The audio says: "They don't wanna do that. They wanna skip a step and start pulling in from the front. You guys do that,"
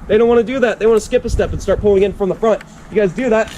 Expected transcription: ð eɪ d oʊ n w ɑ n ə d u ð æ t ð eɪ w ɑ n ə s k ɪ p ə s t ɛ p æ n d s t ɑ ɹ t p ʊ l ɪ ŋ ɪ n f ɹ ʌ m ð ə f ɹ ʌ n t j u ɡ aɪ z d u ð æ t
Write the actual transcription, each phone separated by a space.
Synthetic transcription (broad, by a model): ð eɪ d oʊ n w ɑ n ə d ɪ ð æ t ð eɪ w ɑ n ə s k ɪ p ə s t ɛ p n s t ɑ ɹ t p ʊ l ɪ ŋ ɪ n f ɹ ʌ m ð ə f ɹ ʌ n t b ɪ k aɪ z d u ð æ t